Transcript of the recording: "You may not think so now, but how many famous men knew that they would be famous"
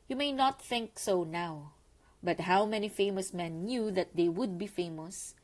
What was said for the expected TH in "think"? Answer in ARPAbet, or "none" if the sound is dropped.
TH